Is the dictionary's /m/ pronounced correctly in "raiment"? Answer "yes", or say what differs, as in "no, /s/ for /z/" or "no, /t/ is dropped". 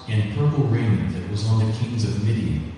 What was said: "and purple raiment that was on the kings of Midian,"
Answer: no, /m/ is dropped